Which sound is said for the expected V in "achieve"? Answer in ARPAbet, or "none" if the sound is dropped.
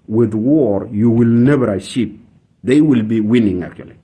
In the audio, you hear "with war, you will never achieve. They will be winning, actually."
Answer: P